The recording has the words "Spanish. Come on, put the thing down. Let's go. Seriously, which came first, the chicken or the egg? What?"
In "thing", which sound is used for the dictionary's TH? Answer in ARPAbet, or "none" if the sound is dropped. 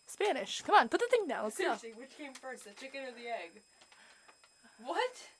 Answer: TH